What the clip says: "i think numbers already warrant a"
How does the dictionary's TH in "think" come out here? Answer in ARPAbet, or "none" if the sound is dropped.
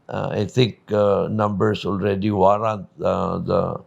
T